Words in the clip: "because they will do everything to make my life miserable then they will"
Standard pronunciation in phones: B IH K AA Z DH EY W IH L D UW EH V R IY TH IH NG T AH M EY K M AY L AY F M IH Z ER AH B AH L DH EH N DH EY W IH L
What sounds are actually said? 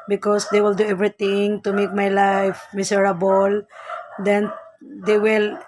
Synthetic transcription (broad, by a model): B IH K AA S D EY W IH L D UW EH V R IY T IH NG T AH M EY K M AY L AY F M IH S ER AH B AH L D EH N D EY W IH L